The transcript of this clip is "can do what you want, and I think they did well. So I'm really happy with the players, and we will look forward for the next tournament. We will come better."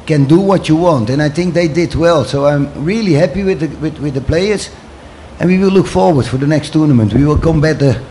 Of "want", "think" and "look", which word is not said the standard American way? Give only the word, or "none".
none